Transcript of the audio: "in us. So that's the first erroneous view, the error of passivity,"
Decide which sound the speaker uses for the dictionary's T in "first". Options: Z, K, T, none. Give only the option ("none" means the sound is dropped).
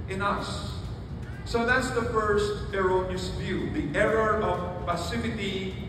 T